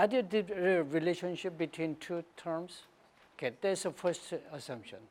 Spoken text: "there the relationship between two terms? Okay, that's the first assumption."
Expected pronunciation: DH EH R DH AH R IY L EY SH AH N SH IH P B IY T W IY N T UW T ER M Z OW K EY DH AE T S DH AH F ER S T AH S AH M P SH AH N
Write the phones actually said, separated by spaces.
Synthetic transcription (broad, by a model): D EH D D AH R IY L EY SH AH N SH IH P B IY T W IY N T UW T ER M S OW K EY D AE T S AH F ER S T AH S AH M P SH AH N